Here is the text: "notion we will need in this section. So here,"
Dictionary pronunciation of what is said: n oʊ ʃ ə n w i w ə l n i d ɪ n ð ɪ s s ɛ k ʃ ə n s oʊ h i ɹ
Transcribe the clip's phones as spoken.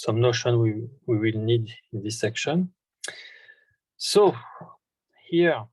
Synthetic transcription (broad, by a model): n oʊ ʃ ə n w i w ə l n i d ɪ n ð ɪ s s ɛ k ʃ ə n s oʊ h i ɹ